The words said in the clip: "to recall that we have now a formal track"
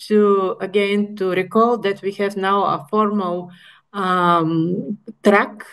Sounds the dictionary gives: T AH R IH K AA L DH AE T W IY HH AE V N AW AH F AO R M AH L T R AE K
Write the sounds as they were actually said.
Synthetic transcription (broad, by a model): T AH R IH K AA L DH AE T W IY HH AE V N AW AH F AO R M AH L T R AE K